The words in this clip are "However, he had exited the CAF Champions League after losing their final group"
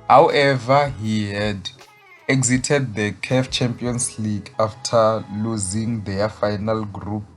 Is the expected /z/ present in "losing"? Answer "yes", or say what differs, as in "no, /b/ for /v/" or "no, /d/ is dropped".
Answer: yes